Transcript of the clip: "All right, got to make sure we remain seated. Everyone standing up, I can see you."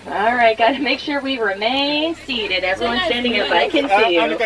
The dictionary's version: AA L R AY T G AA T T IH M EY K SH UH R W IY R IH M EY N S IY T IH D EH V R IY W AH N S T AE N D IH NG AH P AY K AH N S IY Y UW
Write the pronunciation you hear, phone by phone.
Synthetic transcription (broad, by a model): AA L R AY T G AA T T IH M EY K SH UH R W IY R IH M EY N S IY T IH D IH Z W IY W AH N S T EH N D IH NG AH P AY K AH N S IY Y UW